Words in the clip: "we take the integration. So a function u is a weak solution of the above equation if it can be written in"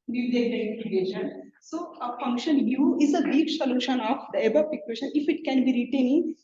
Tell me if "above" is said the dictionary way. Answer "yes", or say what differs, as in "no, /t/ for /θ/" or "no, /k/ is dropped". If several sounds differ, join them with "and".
no, /p/ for /v/